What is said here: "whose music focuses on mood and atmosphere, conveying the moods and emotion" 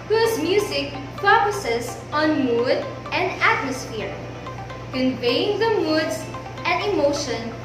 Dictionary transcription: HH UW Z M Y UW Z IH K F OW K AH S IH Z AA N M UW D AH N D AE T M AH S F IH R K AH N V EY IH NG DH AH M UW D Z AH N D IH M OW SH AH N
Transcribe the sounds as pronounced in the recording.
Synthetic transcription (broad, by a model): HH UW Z M Y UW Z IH K P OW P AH S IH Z AA N M UW D AH N D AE T M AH S F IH R K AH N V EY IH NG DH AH M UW D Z AH N D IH M OW SH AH N